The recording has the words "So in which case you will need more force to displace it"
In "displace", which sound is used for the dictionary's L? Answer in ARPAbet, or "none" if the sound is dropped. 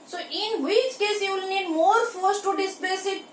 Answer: none